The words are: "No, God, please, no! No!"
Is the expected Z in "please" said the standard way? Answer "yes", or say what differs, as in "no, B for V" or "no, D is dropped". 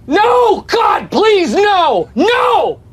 yes